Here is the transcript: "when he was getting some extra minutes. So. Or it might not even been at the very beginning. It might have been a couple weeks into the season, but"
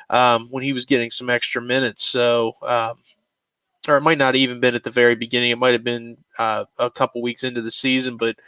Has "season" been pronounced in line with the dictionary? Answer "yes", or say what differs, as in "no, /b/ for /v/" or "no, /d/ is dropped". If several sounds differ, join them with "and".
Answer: yes